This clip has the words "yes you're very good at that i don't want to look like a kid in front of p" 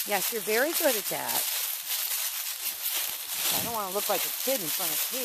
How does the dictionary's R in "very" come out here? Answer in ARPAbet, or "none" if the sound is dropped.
R